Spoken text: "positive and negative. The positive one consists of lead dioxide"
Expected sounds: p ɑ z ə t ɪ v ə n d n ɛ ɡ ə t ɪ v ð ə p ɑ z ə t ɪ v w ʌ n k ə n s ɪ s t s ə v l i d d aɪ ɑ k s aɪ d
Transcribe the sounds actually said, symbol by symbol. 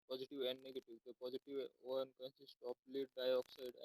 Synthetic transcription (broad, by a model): p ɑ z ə t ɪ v ə n d n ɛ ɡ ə t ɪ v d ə p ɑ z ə t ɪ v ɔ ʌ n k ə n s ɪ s t ə p l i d d aɪ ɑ k s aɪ d